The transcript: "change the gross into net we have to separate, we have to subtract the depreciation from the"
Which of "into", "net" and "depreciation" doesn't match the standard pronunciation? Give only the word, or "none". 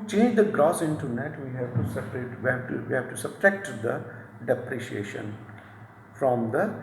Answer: none